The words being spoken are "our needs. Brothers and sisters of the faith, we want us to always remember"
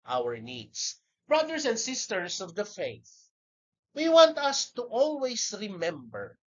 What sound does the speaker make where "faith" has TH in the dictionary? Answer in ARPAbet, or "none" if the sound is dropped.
TH